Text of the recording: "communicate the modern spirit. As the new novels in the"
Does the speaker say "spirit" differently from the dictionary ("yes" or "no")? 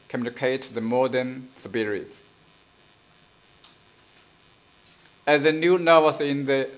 yes